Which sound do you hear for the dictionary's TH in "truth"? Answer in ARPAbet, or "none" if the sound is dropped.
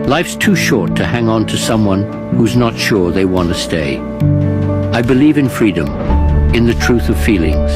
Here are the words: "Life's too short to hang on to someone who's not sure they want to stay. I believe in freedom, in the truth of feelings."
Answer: TH